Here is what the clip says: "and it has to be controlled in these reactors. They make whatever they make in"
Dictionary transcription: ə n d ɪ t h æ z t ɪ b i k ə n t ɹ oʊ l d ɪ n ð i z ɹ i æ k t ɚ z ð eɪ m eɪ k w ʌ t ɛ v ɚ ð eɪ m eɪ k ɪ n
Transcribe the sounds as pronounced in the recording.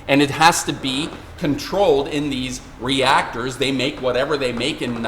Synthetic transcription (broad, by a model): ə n ɪ t h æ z t ɪ b i k ə n t ɹ oʊ l d ɪ n ð i z ɹ i æ k t ɚ z ð eɪ m eɪ k w ʌ t ɛ v ɚ ð eɪ m eɪ k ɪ n